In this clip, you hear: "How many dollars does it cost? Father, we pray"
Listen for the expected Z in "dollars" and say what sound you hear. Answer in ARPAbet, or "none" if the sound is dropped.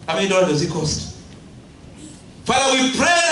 none